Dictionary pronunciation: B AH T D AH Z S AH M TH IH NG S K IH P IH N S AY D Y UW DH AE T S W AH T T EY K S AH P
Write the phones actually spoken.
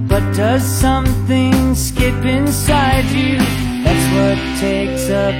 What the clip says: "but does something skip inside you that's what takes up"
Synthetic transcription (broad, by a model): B AH T D AH Z S AH M TH IH NG S K IH P IH N S AY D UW DH AE T S W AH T T EY K S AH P